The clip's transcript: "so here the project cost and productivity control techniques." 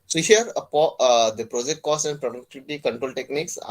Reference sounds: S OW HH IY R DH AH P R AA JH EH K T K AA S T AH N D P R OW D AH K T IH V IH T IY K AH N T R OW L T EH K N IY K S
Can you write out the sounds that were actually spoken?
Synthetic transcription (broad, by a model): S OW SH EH R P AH P R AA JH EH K T K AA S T AH N D P R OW D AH K T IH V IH T IY K AH N T R OW L T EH K N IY K S